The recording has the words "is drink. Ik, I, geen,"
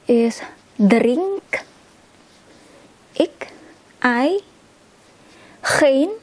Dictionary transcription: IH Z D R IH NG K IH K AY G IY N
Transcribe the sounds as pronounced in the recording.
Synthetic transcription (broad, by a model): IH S D R IH NG K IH K AY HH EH N